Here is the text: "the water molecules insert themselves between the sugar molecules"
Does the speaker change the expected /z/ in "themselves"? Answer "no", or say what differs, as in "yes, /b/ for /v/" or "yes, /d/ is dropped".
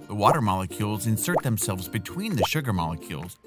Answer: no